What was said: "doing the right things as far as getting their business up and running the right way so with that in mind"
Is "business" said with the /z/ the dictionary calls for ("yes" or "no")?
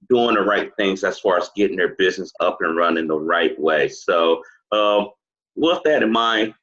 yes